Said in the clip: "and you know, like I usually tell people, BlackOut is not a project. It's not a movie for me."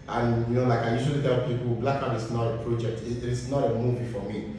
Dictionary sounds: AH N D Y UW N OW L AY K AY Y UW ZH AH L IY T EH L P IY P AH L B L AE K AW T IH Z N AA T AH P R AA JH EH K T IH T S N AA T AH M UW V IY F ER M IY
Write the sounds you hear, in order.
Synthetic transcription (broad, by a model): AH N Y UW N OW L AY K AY Y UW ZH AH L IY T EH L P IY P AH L B L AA K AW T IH S N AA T AH P R AA JH EH K T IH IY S N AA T AH M UW V IY F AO M IY